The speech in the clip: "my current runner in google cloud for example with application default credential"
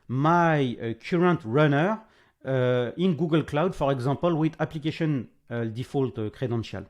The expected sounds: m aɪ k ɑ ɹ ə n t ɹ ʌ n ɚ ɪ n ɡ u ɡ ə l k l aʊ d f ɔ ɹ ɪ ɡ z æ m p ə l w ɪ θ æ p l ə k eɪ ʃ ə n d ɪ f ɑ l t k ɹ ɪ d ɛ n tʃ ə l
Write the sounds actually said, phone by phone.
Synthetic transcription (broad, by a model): m aɪ k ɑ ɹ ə n t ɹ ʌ n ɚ ɪ n ɡ u ɡ ə l k l aʊ d f ɔ ɹ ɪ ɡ z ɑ p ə l w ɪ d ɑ p l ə k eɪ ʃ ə n d ɪ f ɑ l t k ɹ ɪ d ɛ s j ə l